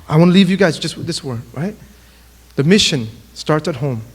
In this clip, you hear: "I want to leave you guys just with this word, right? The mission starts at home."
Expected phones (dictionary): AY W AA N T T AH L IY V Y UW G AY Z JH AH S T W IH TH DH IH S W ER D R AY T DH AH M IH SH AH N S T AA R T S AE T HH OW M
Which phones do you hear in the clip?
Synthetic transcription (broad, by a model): AY W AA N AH L IY V Y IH G AY Z JH AH S T W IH DH IH S W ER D R AY T DH AH M IH SH AH N S T AA R T S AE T HH OW M